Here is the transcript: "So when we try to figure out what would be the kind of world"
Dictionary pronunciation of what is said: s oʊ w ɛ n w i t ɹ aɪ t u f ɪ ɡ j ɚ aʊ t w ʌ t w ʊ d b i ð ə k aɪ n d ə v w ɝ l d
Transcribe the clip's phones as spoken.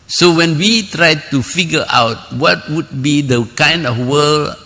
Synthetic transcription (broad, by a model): s oʊ w ɛ n w i t ɹ aɪ t u f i ɡ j aʊ t w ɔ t w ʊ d b i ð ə k aɪ n d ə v w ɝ l